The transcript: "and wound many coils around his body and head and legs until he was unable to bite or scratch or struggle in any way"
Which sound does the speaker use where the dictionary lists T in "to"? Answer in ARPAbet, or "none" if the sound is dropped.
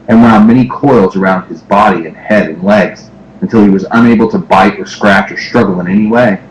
T